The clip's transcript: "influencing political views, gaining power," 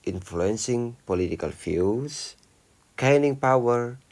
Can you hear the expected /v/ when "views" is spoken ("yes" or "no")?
no